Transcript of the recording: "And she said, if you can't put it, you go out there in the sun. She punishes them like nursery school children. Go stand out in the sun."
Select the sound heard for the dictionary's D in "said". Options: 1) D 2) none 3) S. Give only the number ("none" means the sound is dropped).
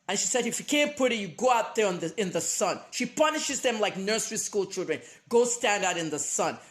1